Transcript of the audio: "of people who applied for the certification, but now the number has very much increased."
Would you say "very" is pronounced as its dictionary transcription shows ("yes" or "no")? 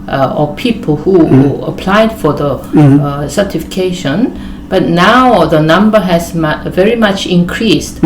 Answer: yes